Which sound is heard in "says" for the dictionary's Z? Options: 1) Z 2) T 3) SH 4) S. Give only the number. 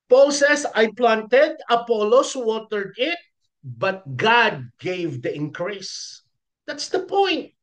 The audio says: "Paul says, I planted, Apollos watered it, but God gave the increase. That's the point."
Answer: 4